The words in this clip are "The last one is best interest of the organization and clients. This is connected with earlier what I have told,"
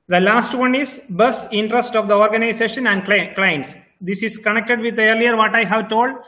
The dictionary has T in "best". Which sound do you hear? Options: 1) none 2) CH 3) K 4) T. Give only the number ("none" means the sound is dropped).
1